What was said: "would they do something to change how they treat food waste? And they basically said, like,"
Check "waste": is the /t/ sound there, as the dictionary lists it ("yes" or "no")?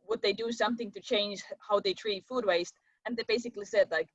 yes